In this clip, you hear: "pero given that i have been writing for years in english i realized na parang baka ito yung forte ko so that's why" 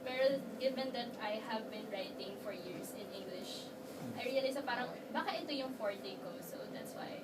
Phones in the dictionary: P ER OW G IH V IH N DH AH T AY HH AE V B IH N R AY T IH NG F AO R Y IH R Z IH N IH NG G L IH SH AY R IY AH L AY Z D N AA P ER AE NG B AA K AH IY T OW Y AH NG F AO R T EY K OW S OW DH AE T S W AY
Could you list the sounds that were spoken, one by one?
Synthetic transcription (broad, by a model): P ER G IH V IH N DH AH T AY HH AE V B IH N R AY T IH NG F AO R Y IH R S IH N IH NG G L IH SH AY R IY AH L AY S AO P AA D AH NG B AA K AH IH T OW Y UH NG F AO R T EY K OW S OW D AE T S W AY